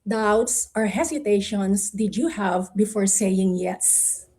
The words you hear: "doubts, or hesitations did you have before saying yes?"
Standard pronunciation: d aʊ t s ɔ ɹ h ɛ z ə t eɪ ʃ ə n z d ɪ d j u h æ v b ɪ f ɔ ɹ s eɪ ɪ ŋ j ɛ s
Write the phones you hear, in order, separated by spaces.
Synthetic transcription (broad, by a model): d aʊ t s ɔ ɹ h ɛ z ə t eɪ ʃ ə n s d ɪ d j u h æ v b ɪ f ɔ ɹ s eɪ ɪ ŋ j ɛ s